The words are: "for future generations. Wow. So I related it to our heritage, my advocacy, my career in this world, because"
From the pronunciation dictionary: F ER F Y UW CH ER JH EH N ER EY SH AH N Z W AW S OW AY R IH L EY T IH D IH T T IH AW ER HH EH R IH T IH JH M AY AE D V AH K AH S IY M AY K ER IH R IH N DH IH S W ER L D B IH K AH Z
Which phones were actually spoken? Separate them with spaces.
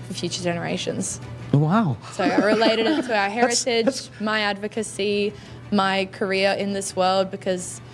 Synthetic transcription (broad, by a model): F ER F Y UW CH ER JH EH N ER EY SH AH N Z W AW S OW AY R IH L EY IH D IH T T IH AW ER HH EH R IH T IH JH M AY AE D V AH K AH S IY M AY K ER IH R IH N DH IH S W ER L D B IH K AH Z